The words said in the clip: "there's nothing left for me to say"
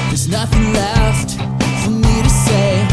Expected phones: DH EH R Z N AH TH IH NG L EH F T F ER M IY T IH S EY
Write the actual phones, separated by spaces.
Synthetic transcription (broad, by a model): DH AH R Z N AH TH IH NG L EH F T F ER M IY T IH S EY